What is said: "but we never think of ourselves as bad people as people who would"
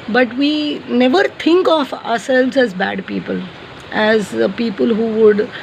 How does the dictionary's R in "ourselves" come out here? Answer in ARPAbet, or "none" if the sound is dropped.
R